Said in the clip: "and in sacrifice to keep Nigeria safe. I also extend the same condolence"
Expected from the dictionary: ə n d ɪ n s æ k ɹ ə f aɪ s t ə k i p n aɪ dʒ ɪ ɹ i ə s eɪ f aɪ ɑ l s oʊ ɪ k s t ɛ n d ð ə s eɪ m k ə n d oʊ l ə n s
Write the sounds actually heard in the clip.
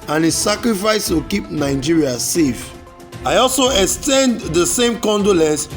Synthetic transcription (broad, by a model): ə n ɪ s s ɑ k ɹ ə f aɪ s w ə k i p n aɪ dʒ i ɹ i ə s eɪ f aɪ ɑ l s oʊ ɪ k s t ɛ n d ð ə s eɪ m k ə n d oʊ l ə n s